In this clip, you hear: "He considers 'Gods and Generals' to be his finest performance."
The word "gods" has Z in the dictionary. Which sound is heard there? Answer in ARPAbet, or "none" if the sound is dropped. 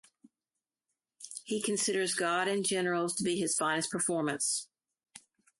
none